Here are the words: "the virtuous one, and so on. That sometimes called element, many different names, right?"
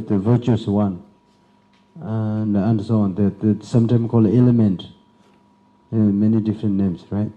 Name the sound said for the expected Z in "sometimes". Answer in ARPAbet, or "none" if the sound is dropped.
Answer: none